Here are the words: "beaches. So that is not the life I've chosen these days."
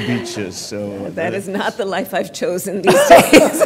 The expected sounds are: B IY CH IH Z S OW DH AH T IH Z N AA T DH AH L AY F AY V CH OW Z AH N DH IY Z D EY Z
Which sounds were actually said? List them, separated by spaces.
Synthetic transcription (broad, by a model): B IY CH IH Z S OW DH AH T IH Z N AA T DH AH L AY F AY V CH OW Z AH N DH IY Z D EY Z